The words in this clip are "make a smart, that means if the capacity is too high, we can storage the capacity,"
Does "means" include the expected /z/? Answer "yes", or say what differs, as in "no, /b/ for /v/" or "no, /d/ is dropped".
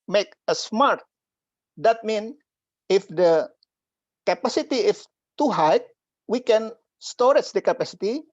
no, /z/ is dropped